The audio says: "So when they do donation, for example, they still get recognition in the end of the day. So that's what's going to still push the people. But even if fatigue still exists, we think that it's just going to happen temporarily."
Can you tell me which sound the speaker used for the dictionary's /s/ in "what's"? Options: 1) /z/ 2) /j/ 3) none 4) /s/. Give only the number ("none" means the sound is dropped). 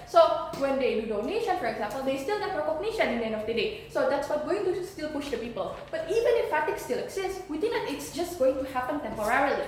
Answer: 3